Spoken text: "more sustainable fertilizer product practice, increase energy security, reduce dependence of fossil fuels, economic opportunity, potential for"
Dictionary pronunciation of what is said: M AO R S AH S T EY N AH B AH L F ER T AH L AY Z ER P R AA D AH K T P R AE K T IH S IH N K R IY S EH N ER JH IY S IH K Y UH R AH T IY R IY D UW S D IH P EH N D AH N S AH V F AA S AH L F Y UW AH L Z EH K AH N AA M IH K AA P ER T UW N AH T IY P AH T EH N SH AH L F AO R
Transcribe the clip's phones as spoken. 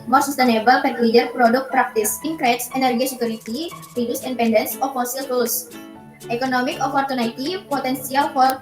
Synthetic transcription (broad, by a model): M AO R S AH S T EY N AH B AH L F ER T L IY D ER P R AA D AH K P R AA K T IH S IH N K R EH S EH N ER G IY S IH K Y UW R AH T IY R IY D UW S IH P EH N D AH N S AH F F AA S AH L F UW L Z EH K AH N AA M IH K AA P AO T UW N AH T IY P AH T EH N S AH L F AO R